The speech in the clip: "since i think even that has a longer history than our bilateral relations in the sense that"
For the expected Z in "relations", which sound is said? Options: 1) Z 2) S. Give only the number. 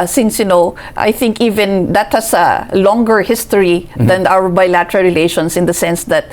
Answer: 2